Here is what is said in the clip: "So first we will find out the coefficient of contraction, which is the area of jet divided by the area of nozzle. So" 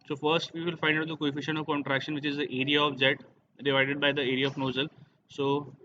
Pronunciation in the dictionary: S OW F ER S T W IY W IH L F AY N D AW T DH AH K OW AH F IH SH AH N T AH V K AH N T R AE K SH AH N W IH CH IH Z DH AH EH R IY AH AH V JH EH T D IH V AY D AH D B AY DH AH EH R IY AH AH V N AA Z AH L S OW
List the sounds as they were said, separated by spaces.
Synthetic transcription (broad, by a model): S OW F ER S T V IY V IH L F AY N D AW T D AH K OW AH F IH SH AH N AH V K AH N T R AE K SH AH N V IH CH IH Z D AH EH R IY AH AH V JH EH T D IH V AY D AH D B AY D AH EH R IY AH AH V N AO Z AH L S OW